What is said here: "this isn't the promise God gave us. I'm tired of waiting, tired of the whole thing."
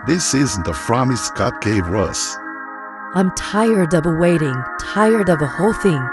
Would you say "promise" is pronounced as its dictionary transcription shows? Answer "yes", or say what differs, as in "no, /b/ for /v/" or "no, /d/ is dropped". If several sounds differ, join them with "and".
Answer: no, /f/ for /p/